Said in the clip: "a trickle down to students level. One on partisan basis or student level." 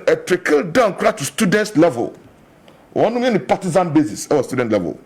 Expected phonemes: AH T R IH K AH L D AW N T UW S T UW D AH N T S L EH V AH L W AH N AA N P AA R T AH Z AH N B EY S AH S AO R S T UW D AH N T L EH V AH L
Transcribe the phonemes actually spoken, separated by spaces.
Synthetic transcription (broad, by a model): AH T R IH K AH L D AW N T UW S T UW D AH N T S L EH V AH L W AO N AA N P AA T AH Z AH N B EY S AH S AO W S T UW D AH N T L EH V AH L